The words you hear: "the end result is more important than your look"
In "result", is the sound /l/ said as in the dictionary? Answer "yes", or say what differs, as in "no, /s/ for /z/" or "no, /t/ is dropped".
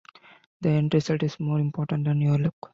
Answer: no, /l/ is dropped